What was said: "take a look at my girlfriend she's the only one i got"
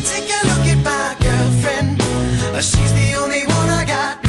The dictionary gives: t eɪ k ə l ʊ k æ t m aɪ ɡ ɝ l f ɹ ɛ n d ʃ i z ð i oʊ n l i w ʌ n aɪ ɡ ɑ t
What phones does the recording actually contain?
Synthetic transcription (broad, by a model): t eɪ k ə l ʊ k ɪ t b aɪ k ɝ f ɹ ɛ n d ʃ i z ð i oʊ n l i w ʌ n aɪ ɡ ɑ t